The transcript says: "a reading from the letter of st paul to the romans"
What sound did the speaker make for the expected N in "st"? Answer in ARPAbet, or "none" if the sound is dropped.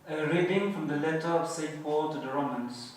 none